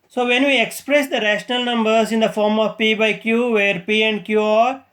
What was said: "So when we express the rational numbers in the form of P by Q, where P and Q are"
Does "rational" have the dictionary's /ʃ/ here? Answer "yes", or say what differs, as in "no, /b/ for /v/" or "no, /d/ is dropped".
yes